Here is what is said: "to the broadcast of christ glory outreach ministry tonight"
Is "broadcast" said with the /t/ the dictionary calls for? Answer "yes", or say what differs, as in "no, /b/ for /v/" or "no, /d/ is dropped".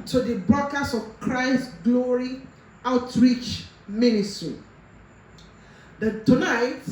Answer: no, /t/ is dropped